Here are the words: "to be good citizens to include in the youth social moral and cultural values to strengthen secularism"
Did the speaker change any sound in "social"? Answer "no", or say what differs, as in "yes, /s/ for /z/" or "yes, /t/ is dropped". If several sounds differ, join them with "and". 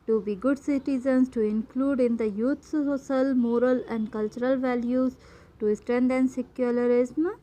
yes, /s/ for /ʃ/